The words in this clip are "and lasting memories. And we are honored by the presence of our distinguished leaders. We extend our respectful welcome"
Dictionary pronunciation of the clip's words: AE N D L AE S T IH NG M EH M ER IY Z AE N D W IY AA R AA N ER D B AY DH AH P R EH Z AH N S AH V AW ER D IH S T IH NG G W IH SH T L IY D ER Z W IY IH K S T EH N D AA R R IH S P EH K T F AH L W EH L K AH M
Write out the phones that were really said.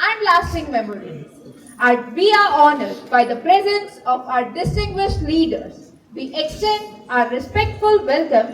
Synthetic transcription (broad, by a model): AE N D L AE S T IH NG M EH M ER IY AE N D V IY AA R AA N ER D B AY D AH P R EH Z AH N S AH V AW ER D IH S T IH NG G W IH SH T L IY D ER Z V IY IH K S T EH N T AA R R IH S P EH K T F AH L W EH L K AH M